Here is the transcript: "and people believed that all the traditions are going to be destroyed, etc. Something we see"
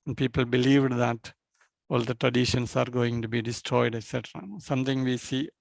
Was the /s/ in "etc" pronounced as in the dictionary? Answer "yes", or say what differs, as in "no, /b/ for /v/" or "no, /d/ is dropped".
yes